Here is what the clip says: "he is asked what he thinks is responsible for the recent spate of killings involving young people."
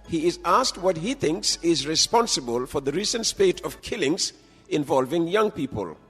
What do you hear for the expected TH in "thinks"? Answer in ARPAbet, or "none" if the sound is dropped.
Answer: TH